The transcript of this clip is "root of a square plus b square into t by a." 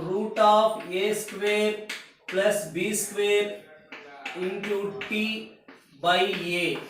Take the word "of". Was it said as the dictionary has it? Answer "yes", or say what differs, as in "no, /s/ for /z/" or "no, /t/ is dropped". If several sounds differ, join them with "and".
no, /p/ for /v/